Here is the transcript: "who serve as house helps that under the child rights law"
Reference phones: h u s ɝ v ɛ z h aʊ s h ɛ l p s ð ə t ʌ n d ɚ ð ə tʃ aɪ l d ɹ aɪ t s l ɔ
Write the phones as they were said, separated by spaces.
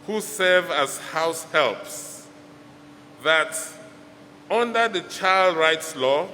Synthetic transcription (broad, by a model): h u s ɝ v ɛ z h aʊ s h ɛ l p s ð ə t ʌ n d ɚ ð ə tʃ aɪ l d ɹ aɪ t s l ɔ